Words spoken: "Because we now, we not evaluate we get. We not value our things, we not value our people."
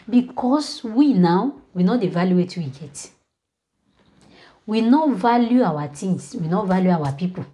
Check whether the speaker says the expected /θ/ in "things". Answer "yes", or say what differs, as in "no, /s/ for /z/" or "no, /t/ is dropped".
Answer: no, /t/ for /θ/